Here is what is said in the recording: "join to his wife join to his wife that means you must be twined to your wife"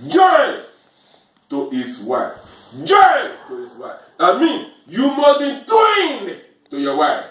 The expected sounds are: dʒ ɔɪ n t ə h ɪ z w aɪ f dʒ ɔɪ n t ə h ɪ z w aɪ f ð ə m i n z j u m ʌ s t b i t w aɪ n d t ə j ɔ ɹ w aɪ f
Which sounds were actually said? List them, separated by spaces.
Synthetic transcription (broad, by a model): dʒ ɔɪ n t ə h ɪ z w aɪ f dʒ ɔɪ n t ə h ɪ s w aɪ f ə m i n j u m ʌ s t b i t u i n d t ə j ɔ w aɪ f